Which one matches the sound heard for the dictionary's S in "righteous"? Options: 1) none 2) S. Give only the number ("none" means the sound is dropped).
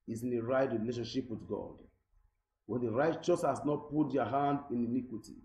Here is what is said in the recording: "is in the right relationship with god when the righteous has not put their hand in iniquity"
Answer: 2